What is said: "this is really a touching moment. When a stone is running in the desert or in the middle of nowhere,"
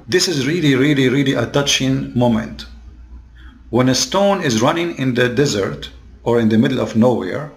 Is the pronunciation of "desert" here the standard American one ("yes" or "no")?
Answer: yes